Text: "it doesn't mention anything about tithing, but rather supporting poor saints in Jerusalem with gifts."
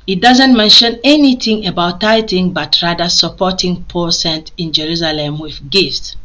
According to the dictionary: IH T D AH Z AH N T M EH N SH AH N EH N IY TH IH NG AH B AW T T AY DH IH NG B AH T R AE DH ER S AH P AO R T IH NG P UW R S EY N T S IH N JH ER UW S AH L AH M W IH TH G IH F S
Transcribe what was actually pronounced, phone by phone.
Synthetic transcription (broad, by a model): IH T D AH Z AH N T M EH N SH AH N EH N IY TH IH NG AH B AW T T AY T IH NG B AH T R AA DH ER S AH P AO T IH NG P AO L S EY N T IH N JH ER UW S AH L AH M W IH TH G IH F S